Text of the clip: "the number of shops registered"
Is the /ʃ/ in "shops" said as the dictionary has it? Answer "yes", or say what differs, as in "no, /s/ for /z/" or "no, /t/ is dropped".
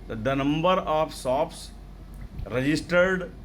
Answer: no, /s/ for /ʃ/